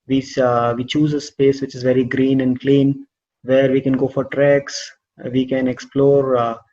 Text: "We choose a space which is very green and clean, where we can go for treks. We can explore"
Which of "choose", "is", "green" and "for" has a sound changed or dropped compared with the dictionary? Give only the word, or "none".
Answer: none